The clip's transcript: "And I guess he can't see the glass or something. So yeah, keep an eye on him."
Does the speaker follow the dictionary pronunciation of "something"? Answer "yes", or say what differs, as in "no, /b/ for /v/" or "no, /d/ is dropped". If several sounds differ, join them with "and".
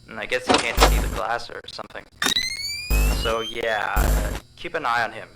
yes